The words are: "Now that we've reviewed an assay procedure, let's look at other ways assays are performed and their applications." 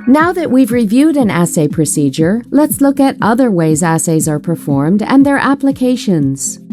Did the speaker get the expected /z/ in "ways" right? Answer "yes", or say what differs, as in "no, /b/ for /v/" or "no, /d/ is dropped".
yes